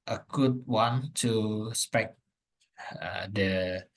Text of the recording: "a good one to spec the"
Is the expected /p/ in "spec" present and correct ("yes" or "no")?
yes